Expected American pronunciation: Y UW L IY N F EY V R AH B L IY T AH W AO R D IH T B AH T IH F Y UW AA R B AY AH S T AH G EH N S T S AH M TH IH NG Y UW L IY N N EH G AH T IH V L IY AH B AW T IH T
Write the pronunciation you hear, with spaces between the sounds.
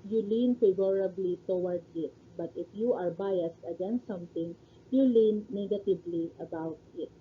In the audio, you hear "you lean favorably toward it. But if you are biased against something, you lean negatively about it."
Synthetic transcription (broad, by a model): Y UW L IY N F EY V R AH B L IY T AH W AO R D IH T B AH T IH F Y UW AA R B AY AH S T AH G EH N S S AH M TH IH NG Y UW L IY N N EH G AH T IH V L IY AH B AW T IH T